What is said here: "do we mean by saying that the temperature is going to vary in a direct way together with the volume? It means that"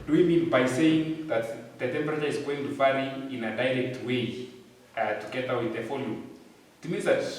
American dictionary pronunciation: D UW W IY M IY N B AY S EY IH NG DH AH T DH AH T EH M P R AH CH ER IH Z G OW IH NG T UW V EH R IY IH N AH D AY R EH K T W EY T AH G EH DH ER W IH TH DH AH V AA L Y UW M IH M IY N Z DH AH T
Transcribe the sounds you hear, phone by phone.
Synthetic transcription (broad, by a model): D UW W IY M IY N B AY S EY IH NG DH AH T DH AH T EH M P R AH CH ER IH Z G OW IH NG T UW F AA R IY IH N AH D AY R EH K T W EY T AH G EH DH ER W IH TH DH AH F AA L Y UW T IH M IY N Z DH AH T